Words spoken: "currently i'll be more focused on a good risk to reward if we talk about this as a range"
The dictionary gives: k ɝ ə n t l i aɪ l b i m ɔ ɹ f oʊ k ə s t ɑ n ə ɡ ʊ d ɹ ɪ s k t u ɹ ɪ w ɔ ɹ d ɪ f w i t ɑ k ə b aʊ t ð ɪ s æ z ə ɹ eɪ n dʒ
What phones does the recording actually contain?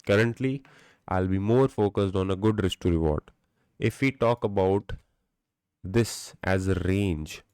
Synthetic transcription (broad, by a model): k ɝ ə n t l i aɪ l b i m ɔ ɹ f oʊ k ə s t ɑ n ə ɡ ʊ d ɹ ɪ s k t u ɹ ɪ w ɔ ɹ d ɪ f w i t ɑ k ə b aʊ t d ɪ s æ z ə ɹ eɪ n dʒ